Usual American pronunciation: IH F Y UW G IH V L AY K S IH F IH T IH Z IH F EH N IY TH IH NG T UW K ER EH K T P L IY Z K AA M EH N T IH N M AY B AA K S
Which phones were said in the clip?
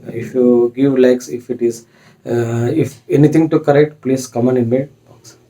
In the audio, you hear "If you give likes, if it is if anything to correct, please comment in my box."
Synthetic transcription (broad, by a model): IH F Y UW G IH V L AY K S IH F IH T IH Z IH F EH N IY T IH NG T UW K ER EH K T P L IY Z K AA M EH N IH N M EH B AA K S